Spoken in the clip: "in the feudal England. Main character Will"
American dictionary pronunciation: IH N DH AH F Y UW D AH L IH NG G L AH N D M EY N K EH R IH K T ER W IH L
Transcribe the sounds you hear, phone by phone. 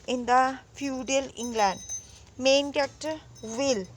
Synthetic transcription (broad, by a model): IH N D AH F Y UW D AH L IH NG G L AH N D M EY N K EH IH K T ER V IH L